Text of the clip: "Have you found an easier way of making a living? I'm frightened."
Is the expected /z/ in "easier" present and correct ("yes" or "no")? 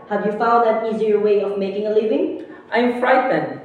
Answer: yes